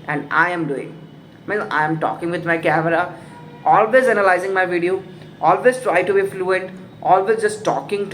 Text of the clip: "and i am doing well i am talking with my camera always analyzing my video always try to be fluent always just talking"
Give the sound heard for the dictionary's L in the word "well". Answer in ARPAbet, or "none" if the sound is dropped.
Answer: N